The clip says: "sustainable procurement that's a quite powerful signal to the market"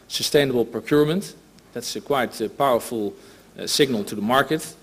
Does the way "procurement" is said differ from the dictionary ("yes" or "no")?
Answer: no